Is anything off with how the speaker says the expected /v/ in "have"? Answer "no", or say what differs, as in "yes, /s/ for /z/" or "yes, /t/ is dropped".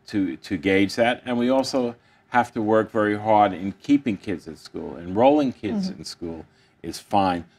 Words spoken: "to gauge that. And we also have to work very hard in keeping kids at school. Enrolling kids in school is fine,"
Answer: yes, /f/ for /v/